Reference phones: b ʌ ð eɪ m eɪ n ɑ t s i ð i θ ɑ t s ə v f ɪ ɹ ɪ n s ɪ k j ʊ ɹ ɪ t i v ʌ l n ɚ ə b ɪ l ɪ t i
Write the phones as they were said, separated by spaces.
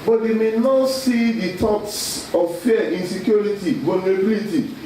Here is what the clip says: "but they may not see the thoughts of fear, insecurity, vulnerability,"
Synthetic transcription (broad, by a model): b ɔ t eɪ m eɪ n ɑ t s i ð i t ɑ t s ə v f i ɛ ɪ n s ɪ k j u ɹ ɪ t i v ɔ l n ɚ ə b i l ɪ t i